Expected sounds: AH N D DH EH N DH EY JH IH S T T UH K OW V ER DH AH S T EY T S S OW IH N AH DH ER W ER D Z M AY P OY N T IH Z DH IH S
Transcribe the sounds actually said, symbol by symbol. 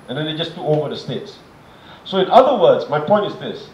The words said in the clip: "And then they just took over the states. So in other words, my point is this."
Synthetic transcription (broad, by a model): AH N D EH N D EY JH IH S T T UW OW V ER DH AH S T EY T S S OW IH N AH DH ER W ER D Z M AY P OY N T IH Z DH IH S